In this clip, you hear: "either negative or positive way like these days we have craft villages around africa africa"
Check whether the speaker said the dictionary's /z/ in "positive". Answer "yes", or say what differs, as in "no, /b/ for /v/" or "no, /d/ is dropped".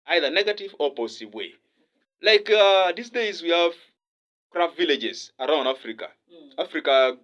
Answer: no, /s/ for /z/